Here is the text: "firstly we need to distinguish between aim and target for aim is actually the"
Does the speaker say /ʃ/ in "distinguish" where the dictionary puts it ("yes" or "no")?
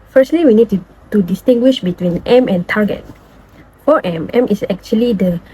yes